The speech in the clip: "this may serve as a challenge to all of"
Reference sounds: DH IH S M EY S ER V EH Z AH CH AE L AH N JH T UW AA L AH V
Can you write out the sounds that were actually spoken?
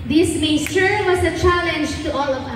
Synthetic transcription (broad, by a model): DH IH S M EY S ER W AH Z AH CH AE L AH N JH T UW AA L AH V